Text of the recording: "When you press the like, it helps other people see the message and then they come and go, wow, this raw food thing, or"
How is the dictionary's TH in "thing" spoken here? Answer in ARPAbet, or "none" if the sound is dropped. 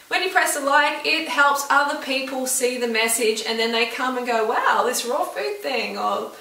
TH